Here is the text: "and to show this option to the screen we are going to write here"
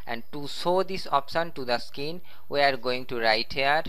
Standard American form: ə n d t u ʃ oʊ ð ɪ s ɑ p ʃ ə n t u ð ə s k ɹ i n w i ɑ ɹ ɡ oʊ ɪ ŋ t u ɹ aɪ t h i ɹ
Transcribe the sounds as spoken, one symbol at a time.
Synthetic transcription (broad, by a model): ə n d t u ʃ oʊ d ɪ s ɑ p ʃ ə n t u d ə s k i n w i ɑ ɹ ɡ oʊ ɪ ŋ t u ɹ aɪ t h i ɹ